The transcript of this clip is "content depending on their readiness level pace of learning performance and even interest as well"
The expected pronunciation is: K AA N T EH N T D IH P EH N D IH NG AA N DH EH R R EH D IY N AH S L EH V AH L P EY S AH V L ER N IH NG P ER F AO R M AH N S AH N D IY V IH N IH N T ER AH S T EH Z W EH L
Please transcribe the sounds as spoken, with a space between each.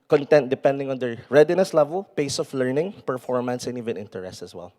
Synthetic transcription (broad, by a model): K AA N T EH N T D IH P EH N D IH NG AA N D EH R R EH D IY N AH S L EH V AH L P EY S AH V L ER N IH NG P ER F AO R M AH N S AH N IY V IH N IH N T ER AH S T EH S W EH L